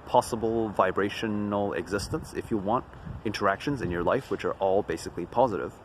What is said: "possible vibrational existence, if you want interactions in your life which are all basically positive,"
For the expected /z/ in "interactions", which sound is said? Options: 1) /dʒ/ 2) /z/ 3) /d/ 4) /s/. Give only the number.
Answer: 2